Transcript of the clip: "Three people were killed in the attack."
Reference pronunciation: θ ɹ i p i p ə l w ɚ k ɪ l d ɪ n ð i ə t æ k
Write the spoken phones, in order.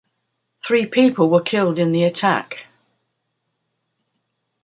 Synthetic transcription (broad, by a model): θ ɹ i p i p ə l w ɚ k ɪ l d ɪ n ð i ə t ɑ k